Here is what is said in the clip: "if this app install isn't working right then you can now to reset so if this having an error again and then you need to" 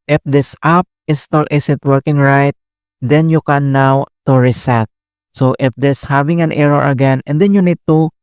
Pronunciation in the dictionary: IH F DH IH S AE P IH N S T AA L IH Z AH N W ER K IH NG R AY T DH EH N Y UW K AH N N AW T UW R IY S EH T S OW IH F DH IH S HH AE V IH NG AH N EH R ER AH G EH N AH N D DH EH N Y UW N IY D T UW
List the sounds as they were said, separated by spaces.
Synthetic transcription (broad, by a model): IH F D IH S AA P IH S T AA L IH S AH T W ER K IH NG R AY T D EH N Y UW K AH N N AW T UW R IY S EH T S OW IH F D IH S HH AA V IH NG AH N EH R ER AH G EH N AH N D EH N Y UW N IY D T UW